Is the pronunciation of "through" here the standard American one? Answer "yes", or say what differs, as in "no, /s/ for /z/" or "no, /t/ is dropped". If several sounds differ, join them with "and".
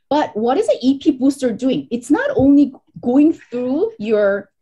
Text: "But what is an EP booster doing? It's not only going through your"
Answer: yes